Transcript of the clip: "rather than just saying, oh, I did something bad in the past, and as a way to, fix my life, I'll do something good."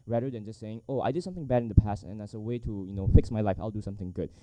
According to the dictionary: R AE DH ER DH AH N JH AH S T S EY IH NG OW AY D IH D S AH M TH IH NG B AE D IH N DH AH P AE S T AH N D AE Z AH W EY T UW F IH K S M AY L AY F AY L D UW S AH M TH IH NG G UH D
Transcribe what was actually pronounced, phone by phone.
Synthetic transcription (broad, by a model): R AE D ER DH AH N JH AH S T S EY IH NG OW AY D IH D S AH M TH IH NG B AE D IH N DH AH P AE S T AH N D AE S AH W EY T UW F IH K S M AY L AY F AY L D UW S AH M TH IH NG G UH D